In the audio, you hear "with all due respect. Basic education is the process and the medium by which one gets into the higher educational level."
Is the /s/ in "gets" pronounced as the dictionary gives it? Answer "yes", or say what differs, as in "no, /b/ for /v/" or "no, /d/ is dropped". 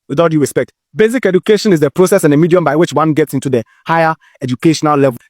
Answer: yes